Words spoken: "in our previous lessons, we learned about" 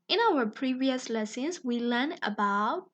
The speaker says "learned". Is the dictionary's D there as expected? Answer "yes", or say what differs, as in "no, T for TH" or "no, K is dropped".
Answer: no, D is dropped